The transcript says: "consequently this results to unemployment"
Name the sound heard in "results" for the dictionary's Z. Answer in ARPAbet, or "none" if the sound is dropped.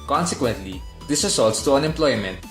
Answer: S